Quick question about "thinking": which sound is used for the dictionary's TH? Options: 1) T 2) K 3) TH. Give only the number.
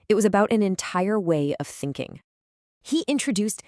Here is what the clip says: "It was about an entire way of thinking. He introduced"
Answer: 3